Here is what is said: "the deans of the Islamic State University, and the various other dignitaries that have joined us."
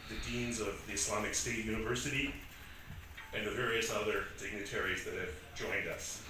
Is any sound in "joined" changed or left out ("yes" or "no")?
no